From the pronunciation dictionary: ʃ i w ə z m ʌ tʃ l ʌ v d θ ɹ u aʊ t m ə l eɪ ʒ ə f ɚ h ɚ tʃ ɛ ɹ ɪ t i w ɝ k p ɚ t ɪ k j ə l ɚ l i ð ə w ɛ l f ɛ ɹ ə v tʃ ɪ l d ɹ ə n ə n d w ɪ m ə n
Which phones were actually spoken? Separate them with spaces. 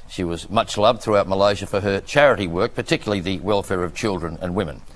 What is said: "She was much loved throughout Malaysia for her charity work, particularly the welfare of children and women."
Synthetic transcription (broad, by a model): ʃ i w ə z m ʌ tʃ l ʌ v d θ ɹ u aʊ t m ə l eɪ ʒ ə f ɚ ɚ tʃ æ ɹ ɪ t i w ɝ k p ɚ t ɪ k j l l i ð ə w ɛ l f ɛ ɹ ə v tʃ ɪ l d ɹ ə n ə n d w ɪ m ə n